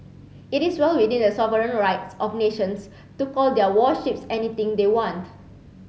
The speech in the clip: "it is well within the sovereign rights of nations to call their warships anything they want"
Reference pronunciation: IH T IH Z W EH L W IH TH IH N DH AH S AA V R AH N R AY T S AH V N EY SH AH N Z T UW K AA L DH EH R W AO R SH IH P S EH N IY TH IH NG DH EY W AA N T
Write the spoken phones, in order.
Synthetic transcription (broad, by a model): IH T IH S W EH L W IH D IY N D AH S AA V R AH N R AY T S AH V N EY SH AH N S T UW K AA L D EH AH W AO SH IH P S EH N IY T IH NG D EY W AA N T